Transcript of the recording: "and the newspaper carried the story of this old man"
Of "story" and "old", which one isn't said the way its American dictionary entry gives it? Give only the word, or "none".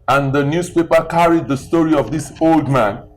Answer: none